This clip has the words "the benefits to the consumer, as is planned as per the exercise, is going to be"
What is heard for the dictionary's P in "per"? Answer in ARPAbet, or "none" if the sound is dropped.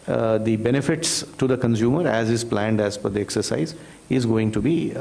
F